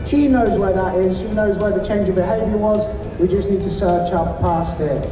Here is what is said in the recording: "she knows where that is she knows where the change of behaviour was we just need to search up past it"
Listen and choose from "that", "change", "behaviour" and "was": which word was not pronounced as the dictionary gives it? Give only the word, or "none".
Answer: none